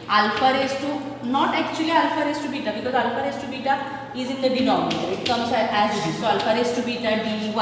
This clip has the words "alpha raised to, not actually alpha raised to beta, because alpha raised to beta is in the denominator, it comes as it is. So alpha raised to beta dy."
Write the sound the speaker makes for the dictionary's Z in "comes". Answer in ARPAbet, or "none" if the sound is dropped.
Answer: S